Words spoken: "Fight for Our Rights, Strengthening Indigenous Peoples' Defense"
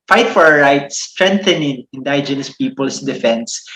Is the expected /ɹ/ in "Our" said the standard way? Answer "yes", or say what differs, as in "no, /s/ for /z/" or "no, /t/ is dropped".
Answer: yes